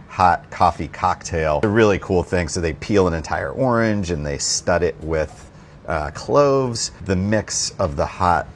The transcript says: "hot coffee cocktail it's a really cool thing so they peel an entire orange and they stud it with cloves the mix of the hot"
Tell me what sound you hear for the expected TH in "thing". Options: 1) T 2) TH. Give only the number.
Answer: 2